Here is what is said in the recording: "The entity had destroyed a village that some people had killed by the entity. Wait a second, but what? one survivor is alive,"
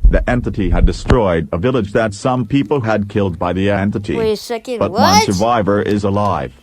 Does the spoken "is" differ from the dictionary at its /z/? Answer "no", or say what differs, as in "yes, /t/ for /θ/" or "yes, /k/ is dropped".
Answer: no